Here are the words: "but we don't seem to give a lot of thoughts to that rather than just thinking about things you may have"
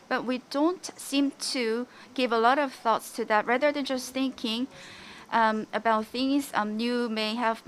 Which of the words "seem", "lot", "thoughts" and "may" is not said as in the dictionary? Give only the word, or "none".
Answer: none